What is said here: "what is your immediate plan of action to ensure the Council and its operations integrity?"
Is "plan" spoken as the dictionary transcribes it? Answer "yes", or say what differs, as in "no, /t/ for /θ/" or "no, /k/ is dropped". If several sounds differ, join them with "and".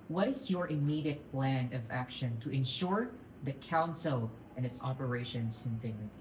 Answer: yes